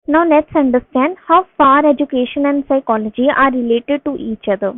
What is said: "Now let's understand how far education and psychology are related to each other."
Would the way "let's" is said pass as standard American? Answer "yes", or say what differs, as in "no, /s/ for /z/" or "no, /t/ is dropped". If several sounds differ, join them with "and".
no, /n/ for /l/